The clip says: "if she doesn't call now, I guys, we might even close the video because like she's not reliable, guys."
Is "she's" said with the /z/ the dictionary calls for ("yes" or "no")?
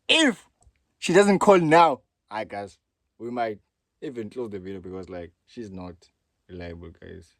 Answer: yes